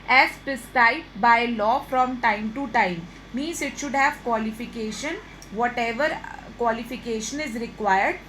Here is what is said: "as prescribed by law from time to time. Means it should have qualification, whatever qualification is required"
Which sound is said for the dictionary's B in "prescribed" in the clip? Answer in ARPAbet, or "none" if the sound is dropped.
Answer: none